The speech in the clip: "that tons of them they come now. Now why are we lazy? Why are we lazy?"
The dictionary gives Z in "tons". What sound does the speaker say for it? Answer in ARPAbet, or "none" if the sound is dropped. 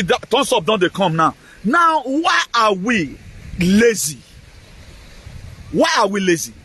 S